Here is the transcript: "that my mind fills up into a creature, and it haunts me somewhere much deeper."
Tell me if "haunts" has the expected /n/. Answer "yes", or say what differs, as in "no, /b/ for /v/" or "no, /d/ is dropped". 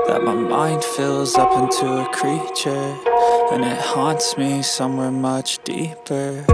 yes